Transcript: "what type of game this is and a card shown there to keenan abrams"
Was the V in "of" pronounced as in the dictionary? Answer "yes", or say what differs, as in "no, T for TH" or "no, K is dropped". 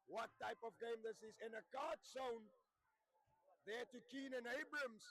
yes